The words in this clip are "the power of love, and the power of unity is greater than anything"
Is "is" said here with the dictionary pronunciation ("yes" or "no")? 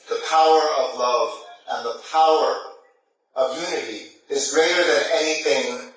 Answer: yes